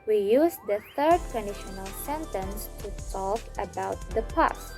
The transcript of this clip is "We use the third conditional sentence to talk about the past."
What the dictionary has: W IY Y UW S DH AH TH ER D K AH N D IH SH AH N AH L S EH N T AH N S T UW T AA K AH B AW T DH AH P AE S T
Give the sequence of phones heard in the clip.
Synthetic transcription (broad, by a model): W IY Y UW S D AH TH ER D K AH N D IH SH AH N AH L S EH N T AH N S T UW S AA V AH B AW T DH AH P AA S